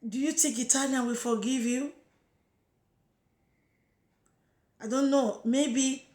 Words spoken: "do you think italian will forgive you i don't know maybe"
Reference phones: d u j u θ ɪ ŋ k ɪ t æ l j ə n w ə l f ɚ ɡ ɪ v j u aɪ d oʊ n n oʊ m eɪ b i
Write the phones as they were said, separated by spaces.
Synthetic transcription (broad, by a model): d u j u t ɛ k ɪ t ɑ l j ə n w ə f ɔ ɡ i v j u aɪ d oʊ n n oʊ m eɪ b i